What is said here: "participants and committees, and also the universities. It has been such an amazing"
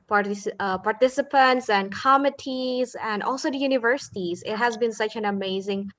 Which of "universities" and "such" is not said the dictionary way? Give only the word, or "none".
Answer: none